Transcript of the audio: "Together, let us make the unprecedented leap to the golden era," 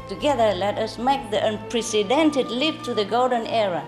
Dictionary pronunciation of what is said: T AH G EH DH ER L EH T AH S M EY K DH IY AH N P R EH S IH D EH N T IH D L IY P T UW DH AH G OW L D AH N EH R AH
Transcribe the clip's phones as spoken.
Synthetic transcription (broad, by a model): T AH G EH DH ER L EH T AH S M EY K DH IY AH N P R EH S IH D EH N T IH D L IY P T UW DH AH G OW L D AH N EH R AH